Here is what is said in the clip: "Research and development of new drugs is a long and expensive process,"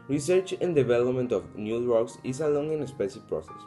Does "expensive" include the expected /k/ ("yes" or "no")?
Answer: no